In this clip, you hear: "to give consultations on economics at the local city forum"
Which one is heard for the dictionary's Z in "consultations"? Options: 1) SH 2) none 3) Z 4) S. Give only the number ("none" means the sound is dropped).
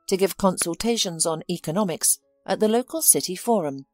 3